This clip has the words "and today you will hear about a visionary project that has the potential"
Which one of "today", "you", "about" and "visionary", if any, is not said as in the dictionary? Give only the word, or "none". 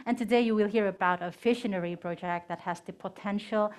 visionary